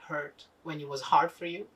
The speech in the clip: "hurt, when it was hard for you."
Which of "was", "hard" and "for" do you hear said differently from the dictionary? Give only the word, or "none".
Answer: none